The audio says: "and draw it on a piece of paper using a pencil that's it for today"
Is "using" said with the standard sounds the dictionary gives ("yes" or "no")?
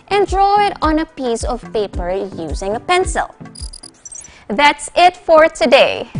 yes